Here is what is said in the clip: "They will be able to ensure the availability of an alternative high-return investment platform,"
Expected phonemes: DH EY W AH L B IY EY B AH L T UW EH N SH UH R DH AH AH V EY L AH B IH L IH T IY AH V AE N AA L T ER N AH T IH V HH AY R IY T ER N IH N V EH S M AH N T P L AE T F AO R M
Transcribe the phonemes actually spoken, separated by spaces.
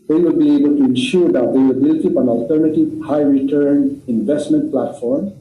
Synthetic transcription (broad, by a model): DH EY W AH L B IY EY B AH L T UW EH N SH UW R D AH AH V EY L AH B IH L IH T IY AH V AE N AA L T ER N AH T IH V HH AY R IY T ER N IH N V EH S M AH N T P L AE T F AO R M